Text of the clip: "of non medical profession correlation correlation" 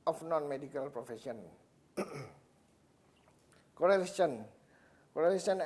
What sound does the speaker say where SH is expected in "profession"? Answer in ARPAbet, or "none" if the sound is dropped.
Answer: S